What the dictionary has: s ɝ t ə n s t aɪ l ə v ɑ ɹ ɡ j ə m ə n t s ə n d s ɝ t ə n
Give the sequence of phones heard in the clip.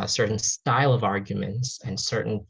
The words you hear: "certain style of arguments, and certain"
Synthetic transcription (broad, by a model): s ɝ t n s t aɪ l ə v ɑ ɹ ɡ j ə m ə n t s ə n s ɝ t n